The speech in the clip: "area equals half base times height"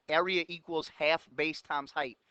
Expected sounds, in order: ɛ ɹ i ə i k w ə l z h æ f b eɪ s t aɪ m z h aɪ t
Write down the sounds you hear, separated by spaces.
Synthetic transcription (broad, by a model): ɛ ɹ i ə i k w ə l z h æ f b eɪ s t aɪ m z h aɪ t